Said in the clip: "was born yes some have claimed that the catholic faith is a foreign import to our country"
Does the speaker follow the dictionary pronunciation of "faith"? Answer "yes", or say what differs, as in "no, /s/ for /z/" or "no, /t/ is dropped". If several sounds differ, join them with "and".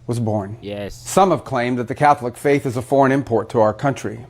yes